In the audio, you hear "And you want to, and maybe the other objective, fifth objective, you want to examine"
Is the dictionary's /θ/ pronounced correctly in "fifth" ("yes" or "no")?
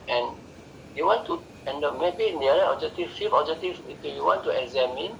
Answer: no